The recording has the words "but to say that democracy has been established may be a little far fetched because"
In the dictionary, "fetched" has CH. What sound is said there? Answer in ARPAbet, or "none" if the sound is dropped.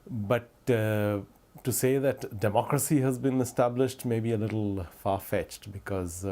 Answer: CH